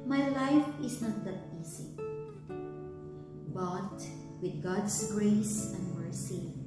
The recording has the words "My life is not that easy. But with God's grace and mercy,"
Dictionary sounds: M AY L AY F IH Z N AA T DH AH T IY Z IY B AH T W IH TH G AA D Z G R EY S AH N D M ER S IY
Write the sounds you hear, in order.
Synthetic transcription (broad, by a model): M AY L AY F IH S N AA T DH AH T IY S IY B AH T W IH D G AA D S G R EY S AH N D M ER S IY